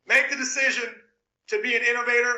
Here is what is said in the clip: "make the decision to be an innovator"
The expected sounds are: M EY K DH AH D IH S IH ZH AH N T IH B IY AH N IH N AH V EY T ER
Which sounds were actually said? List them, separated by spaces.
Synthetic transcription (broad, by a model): M EY K DH AH D IH S IH ZH AH N T IH B IY AH N IH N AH V EY T ER